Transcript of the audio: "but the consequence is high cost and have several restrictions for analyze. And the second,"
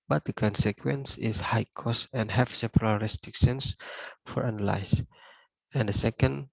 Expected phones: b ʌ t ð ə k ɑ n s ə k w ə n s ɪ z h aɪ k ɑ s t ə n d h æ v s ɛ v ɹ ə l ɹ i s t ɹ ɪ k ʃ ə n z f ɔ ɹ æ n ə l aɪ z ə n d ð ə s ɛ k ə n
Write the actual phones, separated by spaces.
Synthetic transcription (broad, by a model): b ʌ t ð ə k ɑ n s ə k w ə n s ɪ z h aɪ k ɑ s ə n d h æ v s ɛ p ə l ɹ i s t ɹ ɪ k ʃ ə n s f ɔ ɹ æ n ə l aɪ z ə n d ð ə s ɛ k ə n